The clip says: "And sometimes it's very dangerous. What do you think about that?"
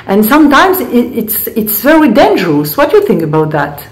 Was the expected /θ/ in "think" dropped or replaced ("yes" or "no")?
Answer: no